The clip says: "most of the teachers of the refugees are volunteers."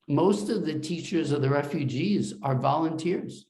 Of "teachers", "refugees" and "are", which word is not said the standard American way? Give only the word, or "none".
none